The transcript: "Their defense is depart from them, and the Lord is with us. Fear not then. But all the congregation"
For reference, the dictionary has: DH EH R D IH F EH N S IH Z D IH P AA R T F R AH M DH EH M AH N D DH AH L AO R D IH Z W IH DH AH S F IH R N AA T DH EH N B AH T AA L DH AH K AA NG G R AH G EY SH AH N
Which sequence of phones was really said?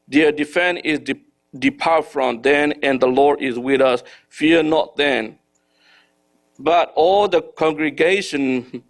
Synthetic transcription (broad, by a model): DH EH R D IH F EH N IH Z D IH P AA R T F R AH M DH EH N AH N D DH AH L AO R D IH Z W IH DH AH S F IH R N AA T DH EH N B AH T AA L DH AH K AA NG G R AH G EY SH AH N